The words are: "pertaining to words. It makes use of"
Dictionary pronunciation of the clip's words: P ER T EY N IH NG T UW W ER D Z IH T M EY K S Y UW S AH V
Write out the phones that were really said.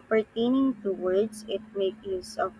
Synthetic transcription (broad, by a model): P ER T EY N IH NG T UW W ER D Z IH T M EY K Y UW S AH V